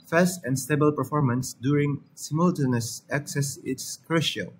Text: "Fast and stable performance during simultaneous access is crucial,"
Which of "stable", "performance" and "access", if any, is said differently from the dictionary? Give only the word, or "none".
none